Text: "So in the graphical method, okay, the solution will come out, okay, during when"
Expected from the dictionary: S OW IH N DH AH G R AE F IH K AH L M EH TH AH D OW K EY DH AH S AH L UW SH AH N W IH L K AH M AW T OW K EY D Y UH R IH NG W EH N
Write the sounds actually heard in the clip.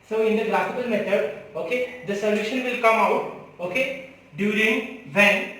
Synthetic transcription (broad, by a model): S OW IH N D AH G L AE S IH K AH L M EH T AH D OW K EY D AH S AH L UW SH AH N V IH L K AH M AW T OW K EY D Y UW R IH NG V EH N